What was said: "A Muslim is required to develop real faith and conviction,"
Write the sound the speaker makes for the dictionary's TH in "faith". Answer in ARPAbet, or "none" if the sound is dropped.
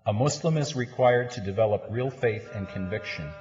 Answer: TH